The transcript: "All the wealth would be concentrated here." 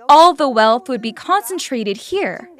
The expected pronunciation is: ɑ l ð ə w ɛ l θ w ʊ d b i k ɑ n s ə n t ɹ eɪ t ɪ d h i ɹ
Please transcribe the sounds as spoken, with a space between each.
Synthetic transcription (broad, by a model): ɑ l ð ə w ɛ l θ w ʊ d b i k ɑ n s ə n t ɹ eɪ t ɪ d h i ɹ